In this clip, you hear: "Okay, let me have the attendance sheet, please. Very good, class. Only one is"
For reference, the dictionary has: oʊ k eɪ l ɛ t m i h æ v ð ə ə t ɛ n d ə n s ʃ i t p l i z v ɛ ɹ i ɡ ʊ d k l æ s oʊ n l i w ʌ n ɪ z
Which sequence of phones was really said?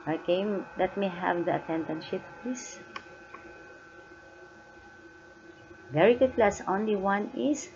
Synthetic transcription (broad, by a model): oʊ k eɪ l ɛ t m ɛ h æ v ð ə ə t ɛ n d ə n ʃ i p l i s v ɛ ɹ i ɡ ʊ d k l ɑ s oʊ n l i w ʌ n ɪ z